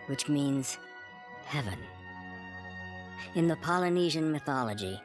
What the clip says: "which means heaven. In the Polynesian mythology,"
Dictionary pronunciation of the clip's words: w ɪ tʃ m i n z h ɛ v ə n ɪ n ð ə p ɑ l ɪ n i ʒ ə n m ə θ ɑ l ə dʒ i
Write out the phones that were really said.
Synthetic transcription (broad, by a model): w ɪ tʃ m i n z h ɛ v ə n ɪ n ð ə p ɑ l ɪ n i ʒ ə n m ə θ ɑ l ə dʒ i